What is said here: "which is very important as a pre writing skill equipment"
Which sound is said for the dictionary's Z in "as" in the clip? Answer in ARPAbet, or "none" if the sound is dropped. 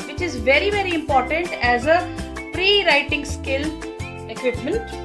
Z